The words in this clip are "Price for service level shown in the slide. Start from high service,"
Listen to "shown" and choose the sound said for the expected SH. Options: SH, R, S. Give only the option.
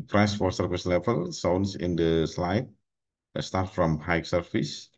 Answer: S